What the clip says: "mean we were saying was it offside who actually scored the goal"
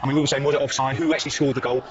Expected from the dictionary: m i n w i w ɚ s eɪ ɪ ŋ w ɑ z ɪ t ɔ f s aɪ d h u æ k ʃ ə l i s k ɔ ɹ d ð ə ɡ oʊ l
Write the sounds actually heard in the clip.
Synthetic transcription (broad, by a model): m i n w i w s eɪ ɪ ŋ w ɑ z ɪ t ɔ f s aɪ h u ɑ k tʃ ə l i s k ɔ l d ð ə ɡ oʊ l